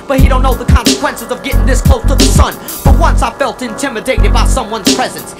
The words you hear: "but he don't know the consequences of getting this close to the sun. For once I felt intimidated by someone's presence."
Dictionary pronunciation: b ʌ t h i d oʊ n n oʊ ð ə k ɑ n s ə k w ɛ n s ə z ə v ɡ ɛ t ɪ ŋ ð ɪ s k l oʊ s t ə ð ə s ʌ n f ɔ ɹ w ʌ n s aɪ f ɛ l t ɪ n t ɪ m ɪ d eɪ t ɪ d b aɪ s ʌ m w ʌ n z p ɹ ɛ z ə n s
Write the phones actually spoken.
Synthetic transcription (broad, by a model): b ʌ t h i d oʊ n n oʊ ð ə k ɑ n s ə k w ɛ n s ə z ə v ɡ ɛ t ɪ ŋ ð ɪ s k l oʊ t ə ð ə s ʌ n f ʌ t w ʌ n s aɪ f ɛ l t ɪ n t ɪ m ɪ d eɪ t ɪ d b aɪ s ʌ m w ʌ n z p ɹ ɛ z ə n s